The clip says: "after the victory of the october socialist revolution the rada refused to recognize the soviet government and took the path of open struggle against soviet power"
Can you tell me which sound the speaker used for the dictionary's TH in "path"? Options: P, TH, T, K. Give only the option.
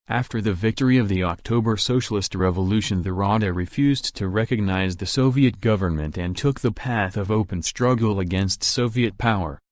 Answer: TH